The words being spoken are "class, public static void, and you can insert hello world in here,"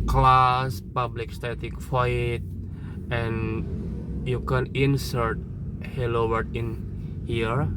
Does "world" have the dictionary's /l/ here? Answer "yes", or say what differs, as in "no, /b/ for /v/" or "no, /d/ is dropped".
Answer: no, /l/ is dropped